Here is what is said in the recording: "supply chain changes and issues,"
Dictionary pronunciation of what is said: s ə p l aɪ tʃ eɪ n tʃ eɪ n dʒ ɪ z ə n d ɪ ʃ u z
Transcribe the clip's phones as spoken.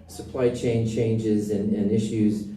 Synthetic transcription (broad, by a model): s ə p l aɪ tʃ eɪ n tʃ eɪ n dʒ ɪ z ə n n ɪ ʃ u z